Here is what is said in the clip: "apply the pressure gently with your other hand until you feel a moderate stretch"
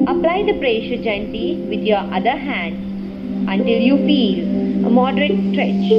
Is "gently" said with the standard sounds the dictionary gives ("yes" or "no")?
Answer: no